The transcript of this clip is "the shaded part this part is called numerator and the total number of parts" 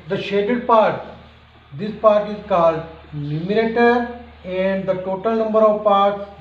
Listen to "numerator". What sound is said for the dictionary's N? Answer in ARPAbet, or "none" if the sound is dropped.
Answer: L